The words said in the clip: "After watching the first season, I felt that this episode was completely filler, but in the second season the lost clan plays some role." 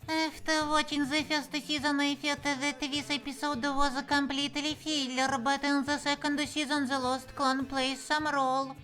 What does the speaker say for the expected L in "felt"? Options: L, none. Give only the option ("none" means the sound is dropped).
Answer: none